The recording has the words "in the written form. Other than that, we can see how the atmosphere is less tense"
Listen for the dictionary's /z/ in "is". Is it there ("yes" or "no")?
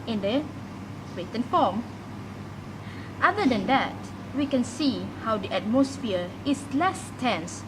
no